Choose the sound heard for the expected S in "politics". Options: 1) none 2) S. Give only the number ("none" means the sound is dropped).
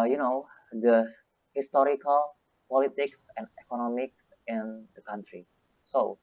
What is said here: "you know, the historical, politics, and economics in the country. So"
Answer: 2